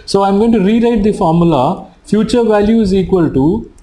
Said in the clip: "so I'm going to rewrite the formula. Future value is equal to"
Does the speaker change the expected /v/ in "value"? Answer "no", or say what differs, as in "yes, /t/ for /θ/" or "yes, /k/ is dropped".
no